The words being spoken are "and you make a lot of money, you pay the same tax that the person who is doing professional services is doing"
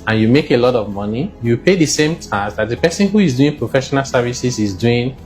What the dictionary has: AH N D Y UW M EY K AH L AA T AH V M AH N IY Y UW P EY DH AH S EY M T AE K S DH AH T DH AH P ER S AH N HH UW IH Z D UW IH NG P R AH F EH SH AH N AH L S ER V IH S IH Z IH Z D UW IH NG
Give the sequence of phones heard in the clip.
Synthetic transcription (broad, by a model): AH N Y UW M EY K AH L AA T AH V M AH N IY Y UW P EY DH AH S EY M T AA S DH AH T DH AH P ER S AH N HH UW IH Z D UW IH NG P R AH F EH SH AH N AH L S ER V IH S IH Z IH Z D UW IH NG